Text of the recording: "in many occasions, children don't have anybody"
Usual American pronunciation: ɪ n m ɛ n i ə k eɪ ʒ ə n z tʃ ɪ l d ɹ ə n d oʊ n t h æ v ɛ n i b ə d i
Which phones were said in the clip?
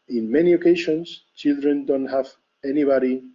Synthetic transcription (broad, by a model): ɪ n m ɛ n i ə k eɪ ʃ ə n s tʃ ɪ l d ɹ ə n d oʊ n t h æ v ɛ n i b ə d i